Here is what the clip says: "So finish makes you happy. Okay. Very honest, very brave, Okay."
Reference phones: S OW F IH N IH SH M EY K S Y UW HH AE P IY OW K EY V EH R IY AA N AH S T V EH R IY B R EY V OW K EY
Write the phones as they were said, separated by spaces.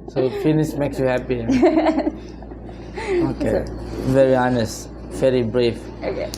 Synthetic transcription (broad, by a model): S OW F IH N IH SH M EY K S Y UW HH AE P IY OW K EY V EH R IY AA N AH S T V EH R IY B R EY F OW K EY